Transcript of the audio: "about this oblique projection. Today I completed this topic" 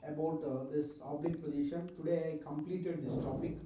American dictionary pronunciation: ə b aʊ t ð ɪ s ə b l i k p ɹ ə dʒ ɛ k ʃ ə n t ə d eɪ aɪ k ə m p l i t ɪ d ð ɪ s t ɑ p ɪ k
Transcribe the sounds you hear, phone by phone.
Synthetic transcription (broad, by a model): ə b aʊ t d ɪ s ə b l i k p ə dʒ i ʃ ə n t ə d eɪ aɪ k ə m p l i t ɪ d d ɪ s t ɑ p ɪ k